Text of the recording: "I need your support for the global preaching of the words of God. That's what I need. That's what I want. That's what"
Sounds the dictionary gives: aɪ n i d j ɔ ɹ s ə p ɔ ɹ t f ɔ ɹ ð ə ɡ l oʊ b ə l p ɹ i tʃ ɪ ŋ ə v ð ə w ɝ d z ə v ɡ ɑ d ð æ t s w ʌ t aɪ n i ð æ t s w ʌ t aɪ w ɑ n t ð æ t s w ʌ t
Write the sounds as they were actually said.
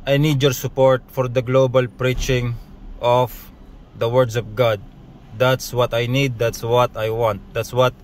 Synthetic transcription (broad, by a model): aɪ n i d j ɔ ɹ s ə p ɔ ɹ t f ɔ ɹ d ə ɡ l oʊ b ə l p ɹ i tʃ ɪ ŋ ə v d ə w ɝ d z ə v ɡ ɑ d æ t s w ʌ t aɪ n i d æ t s w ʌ t aɪ w ɑ n t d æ t s w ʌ t